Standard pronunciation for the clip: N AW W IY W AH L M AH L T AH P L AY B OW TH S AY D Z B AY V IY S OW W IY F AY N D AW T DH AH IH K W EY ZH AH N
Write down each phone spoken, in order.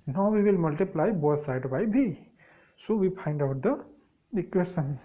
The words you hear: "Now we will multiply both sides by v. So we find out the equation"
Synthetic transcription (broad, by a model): N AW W IY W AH L M AH L T AH P L AY B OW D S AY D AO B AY B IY S OW W IY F AY N D AW T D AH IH K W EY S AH N